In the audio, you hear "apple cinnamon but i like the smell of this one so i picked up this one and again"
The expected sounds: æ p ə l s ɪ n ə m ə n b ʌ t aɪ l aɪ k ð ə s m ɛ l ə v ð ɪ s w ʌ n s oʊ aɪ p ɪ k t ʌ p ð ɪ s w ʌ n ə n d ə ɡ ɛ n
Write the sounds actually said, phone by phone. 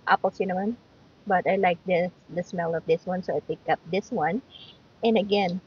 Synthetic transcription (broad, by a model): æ p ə l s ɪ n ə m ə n b ʌ t aɪ l aɪ k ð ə s m ɛ l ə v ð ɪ s w ʌ n s oʊ aɪ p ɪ k ʌ p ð ɪ s w ʌ n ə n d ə ɡ ɛ n